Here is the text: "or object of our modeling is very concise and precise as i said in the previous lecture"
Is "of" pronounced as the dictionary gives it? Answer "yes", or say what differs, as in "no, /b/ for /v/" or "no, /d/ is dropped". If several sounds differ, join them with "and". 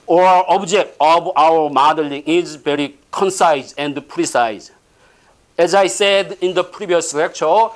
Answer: no, /b/ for /v/